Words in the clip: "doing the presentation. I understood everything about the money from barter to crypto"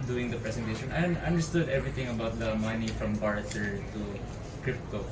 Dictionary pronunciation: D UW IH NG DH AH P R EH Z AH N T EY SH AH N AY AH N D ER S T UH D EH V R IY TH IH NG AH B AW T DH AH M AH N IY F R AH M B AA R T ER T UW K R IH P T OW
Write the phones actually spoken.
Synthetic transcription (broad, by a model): D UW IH NG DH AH P R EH S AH N T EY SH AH N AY AH N D ER S T UH D EH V R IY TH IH NG AH B AW T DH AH M AH N IY F R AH M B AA R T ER T UW K R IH P T OW